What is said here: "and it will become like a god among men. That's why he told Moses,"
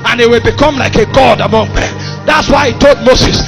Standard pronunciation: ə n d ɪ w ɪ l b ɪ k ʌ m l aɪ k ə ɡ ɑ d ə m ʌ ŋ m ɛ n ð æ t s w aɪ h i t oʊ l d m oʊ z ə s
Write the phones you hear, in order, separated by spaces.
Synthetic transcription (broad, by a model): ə n ɪ w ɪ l b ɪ k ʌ m l aɪ k ə ɡ ɑ d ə m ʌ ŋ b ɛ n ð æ t s w aɪ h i t oʊ l d m oʊ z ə s